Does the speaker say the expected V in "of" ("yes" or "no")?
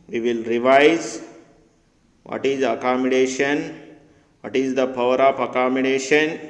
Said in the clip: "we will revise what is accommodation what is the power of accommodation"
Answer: no